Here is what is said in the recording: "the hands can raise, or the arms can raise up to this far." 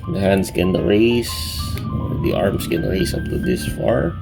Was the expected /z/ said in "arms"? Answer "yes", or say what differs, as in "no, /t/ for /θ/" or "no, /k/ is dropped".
no, /s/ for /z/